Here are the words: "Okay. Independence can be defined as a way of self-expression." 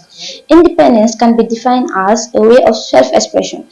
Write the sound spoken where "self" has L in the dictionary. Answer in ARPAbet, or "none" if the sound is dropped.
L